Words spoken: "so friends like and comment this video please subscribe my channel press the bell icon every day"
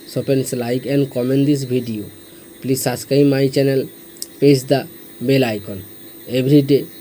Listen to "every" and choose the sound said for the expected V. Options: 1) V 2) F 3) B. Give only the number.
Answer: 3